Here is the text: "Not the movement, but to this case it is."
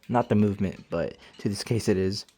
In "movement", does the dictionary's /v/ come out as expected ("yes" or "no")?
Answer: yes